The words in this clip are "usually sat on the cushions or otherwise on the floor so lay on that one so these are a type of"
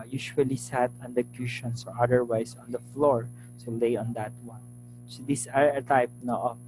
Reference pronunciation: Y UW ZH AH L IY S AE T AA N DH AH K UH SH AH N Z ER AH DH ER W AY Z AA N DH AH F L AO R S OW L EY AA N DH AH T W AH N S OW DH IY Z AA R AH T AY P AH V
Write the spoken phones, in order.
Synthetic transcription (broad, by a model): Y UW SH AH L IY S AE T AA N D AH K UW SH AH N S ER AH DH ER W AY S AA N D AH F L AO R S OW L EY AA N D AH T W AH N S OW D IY S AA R AH T AY P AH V